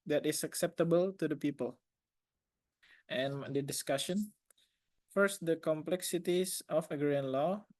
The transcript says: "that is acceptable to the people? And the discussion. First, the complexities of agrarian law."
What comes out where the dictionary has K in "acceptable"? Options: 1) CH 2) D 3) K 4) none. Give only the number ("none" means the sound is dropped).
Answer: 3